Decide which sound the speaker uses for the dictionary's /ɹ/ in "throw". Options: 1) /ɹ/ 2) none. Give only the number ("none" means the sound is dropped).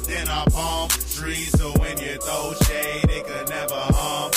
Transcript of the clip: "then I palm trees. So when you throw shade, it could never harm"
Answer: 2